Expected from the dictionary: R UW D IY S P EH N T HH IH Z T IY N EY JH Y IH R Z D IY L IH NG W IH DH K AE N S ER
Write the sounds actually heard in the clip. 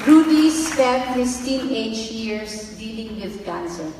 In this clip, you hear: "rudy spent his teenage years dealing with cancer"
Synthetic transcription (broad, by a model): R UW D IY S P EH T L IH S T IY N EY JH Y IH R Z D IY L IH NG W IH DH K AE N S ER